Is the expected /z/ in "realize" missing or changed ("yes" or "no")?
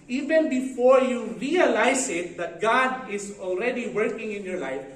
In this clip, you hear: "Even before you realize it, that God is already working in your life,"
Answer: yes